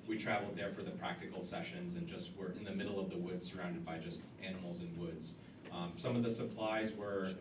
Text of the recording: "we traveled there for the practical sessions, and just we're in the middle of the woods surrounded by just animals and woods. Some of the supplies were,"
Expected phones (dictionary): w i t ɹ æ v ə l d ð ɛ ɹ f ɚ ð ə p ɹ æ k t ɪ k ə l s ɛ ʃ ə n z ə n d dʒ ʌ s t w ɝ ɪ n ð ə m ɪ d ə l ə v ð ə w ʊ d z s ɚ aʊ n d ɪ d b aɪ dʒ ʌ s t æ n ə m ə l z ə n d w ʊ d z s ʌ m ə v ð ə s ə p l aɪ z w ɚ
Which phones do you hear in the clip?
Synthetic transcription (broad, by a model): w i t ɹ æ v l d ð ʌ ɹ f ɚ ð ə p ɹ æ k t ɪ k l s ɛ ʃ ə n z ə n dʒ ʌ s t w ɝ ɪ n ð ə m ɪ d l ə v ð ə w ʊ d z s ɚ aʊ n d ɪ d b aɪ dʒ ʌ s t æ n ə m l z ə n w ʊ d z s ʌ m ə v ð ə s ə p l aɪ z w ɚ